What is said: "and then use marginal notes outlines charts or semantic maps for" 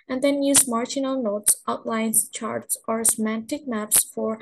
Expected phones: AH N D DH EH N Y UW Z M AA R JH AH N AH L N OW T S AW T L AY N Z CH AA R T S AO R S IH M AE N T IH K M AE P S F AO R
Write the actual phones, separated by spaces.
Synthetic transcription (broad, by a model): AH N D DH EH N Y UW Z M AA R JH AH N AH L N OW T S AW T L AY N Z CH AA R T S AO R S IH M AE N T IH K M AE P S F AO R